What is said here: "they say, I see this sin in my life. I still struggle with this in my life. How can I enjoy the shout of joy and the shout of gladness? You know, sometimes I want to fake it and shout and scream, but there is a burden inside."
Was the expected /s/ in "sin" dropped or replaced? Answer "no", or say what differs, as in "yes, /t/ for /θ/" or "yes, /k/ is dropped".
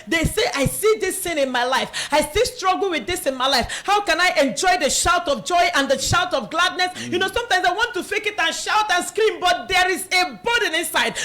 yes, /θ/ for /s/